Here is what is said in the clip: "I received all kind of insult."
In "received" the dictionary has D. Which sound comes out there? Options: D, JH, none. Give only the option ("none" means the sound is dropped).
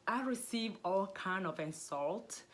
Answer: none